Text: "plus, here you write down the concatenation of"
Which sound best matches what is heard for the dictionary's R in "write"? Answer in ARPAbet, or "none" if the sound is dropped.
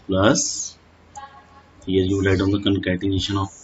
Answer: L